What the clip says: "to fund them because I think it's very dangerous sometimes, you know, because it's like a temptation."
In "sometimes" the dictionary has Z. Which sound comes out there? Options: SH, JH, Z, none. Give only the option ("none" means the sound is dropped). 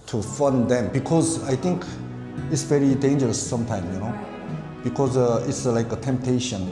none